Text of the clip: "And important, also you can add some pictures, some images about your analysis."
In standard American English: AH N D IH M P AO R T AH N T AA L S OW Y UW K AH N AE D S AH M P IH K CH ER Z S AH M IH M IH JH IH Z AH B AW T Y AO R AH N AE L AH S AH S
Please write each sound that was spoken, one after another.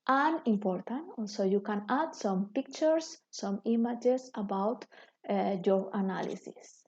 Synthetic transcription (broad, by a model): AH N IH M P AO R T AH N T AA L S OW Y UW K AH N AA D S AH M P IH K CH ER S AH M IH M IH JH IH S AH B AW T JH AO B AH N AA L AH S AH S